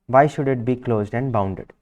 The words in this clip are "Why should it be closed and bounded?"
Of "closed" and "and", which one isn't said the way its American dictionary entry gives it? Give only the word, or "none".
none